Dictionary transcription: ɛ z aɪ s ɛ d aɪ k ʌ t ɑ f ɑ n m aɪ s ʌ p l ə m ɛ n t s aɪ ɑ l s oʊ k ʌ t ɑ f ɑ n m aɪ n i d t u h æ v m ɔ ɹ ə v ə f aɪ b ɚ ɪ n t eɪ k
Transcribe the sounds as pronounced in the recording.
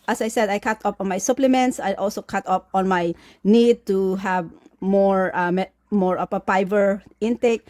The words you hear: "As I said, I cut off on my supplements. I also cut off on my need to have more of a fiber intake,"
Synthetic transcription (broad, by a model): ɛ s aɪ s ɛ d aɪ k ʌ t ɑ p ɑ n m aɪ s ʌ p l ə m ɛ n t s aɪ ɑ l s oʊ k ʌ t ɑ p ɑ n m aɪ n i d t u h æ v m ɔ ɹ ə p ə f aɪ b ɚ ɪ n t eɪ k